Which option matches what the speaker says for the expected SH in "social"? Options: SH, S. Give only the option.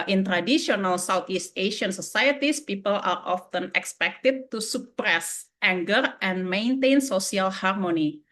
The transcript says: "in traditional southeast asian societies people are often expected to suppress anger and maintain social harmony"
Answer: S